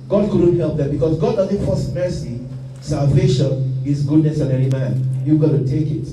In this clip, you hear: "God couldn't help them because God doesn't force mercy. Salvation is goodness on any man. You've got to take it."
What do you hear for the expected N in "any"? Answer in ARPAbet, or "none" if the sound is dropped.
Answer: L